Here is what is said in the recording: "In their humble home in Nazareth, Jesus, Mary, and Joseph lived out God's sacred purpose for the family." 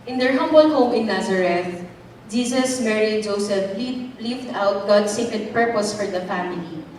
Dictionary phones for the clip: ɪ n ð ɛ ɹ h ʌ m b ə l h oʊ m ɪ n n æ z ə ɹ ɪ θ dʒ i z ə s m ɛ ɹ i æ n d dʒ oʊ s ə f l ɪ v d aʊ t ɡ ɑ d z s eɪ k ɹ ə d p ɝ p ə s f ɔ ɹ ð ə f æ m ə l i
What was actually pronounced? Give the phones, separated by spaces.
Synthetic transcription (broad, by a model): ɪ n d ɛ ɹ h ʌ m b ə l h oʊ m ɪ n n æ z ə ɹ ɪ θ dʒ i s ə s m ɛ ɹ i dʒ oʊ s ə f l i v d aʊ t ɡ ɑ d s eɪ k ɹ ə d p ɝ p ə s f ɔ ɹ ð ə f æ m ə l i